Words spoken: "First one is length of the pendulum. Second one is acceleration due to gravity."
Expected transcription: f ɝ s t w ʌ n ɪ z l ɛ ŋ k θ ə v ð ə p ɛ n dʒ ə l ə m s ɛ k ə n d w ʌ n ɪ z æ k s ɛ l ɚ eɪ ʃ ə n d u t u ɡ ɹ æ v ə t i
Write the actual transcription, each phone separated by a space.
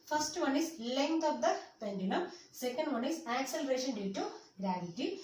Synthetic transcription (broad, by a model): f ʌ s t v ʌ n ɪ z l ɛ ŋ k t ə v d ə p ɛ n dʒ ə n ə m s ɛ k ə n d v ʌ n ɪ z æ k s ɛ l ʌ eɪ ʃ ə n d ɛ t u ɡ ɹ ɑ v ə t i